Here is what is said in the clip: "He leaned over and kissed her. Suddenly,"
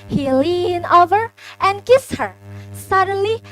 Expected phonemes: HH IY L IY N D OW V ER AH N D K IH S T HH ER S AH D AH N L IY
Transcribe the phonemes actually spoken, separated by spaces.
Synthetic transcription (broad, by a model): HH IY L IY N OW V ER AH N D K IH S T HH ER S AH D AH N L IY